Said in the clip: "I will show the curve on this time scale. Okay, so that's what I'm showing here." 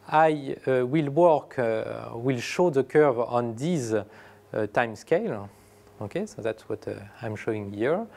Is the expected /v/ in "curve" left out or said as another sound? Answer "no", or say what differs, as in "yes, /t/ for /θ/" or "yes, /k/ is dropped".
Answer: no